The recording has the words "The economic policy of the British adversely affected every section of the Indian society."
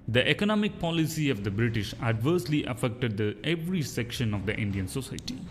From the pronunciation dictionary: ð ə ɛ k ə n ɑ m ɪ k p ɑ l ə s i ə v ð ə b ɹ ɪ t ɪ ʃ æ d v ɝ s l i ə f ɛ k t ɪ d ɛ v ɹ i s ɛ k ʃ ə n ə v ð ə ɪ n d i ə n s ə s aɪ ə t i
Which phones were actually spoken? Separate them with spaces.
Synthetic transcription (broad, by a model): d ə ɛ k ə n ɑ m ɪ k p ɑ l ə s i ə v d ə b ɹ ɪ t ɪ ʃ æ d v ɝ s l i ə f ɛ k t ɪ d ɛ v ɹ i s ɛ k ʃ ə n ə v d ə ɪ n d i ə n s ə s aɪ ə t i